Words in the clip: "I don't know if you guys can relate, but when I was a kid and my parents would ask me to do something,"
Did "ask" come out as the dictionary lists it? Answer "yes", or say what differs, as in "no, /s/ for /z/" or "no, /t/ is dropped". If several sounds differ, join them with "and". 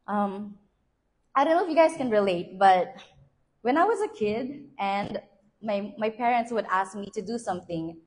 yes